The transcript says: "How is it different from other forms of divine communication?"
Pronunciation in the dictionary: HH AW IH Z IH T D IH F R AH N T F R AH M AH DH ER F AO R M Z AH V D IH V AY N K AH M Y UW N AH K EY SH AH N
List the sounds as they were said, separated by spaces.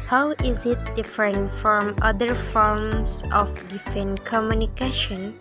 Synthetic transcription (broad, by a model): HH AW IH Z IH T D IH F R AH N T F R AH M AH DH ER F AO R M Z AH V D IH F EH N K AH M Y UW N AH K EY SH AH N